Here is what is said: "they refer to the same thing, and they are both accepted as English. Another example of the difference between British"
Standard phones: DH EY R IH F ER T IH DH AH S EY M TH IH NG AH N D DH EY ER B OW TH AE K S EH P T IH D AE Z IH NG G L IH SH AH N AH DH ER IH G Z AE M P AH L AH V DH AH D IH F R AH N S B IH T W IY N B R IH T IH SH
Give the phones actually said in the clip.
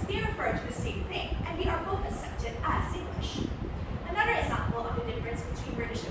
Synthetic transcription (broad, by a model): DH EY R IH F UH T IH DH AH S EY M TH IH NG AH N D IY ER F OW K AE S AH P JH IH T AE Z IH NG G L IH SH AH N AH DH ER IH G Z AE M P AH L AH V DH AH D IH F R AH N S B IH T W IY N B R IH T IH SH